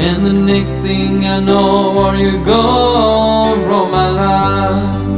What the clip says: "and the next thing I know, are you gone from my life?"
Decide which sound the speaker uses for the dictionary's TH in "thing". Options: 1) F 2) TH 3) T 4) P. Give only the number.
2